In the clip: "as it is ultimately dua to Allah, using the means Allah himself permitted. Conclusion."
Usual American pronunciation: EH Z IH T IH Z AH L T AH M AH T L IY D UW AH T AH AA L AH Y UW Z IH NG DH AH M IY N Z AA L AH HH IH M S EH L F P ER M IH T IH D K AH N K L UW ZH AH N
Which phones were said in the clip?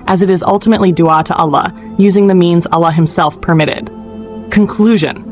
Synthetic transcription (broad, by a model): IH Z IH T IH Z AH L T AH M AH T L IY D UW AH T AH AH L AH Y UW Z IH NG DH AH M IY N Z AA L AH HH IH M S EH L F P ER M IH T IH D K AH N K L UW ZH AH N